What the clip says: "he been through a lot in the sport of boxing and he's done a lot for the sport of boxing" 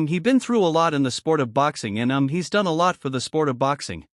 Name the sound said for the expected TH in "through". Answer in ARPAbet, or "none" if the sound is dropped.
TH